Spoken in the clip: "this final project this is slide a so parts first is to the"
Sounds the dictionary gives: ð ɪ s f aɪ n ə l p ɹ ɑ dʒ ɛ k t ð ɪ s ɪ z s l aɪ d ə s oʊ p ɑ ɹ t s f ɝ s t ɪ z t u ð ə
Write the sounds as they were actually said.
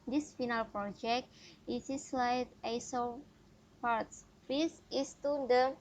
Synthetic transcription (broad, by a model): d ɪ s f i n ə l p ɹ ɑ dʒ ɛ k t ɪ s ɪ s l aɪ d ə s oʊ p ɑ ɹ t s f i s ɪ s t u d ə